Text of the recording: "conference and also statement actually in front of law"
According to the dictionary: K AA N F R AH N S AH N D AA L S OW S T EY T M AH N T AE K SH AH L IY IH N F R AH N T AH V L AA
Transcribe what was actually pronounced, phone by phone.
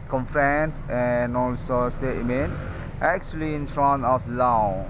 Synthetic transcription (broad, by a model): K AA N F R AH N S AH N AA L S OW S T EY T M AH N T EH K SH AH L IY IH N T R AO N AH F L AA